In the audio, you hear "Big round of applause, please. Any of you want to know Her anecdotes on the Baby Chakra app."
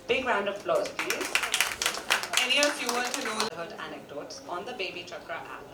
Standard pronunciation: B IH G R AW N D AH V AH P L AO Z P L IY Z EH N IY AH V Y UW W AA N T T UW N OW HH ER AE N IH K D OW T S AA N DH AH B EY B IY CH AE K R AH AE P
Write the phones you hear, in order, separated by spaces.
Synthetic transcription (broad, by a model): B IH G R AW N D AH V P L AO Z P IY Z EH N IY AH F Y UW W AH T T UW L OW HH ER AE N IH K D OW T S AA N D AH B EY B IY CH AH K R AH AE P